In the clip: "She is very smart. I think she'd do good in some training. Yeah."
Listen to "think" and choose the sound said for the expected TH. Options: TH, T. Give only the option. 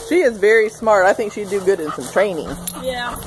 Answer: TH